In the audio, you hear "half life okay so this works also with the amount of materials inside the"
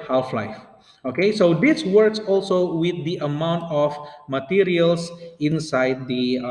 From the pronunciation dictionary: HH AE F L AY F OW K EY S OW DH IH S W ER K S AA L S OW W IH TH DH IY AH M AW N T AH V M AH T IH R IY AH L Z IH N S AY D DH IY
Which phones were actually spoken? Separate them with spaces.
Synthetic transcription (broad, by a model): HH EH F L AY F OW K EY S OW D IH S W ER K S AA L S OW W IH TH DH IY AH M AW N T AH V M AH T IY R IY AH L S IH N S AY D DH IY